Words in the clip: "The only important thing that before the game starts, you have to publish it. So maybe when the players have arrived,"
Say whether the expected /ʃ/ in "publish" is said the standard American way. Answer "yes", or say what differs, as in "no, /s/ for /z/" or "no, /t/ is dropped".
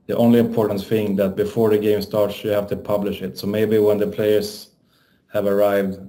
yes